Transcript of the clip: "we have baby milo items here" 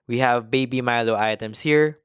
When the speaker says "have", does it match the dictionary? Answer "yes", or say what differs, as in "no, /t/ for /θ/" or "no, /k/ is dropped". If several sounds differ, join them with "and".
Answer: yes